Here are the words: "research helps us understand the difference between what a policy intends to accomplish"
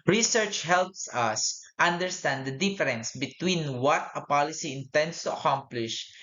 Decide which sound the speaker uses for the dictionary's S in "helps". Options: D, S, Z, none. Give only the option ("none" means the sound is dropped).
S